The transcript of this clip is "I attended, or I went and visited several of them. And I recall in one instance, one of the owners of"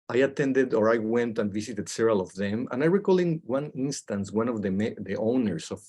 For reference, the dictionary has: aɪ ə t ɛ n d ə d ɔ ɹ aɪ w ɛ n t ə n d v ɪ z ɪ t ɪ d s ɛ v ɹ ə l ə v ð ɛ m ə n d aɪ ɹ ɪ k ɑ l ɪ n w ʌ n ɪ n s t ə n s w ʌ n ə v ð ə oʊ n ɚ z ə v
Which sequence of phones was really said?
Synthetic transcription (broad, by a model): aɪ ə t ɛ n d ə d ɔ ɹ aɪ w ɛ n t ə n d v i s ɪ t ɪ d s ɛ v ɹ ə l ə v ð ɛ m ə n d aɪ ɹ ɪ k ɑ l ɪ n w ʌ n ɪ n s t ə n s w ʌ n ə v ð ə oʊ n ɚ s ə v